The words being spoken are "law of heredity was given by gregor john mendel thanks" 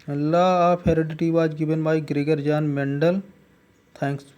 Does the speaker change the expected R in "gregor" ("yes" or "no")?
no